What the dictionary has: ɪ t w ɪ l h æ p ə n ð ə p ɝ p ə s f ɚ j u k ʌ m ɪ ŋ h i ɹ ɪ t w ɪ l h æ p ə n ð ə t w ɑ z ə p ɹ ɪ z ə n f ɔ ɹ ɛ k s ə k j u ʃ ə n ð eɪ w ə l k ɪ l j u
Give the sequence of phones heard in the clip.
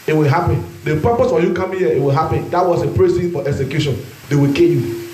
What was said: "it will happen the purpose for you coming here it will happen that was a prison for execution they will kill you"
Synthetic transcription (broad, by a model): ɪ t w ɪ l h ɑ p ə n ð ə p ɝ p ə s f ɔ j u k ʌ m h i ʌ ɪ t w ɪ l h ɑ p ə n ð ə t w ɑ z ə p ɹ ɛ s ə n f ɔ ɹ ɛ k s ə k j u ʃ ə n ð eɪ w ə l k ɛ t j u